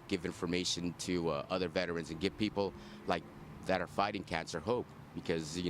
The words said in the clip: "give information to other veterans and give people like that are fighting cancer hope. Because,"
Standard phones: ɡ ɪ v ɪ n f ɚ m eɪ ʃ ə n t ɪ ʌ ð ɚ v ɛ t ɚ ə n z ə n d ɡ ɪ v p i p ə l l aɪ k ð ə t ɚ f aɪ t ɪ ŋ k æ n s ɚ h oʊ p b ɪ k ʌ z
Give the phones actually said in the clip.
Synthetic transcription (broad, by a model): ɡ ɪ v ɪ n f ɚ m eɪ ʃ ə n t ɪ ʌ ð ɚ v ɛ t ɚ ə n z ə n ɡ ɪ v p i p l l aɪ k ð ə t ɚ f aɪ t ɪ ŋ k æ n s ɚ h oʊ p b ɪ k ʌ z